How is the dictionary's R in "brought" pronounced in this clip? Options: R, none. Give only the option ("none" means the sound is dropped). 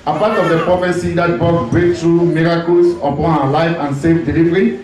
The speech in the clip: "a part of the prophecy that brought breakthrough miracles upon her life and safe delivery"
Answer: none